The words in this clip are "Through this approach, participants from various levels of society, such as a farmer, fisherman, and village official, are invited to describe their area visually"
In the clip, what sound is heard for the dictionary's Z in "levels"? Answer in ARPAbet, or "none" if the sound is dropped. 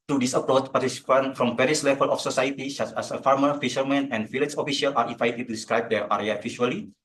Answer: none